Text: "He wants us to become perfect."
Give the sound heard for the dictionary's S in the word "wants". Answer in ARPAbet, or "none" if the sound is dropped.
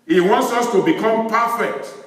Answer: S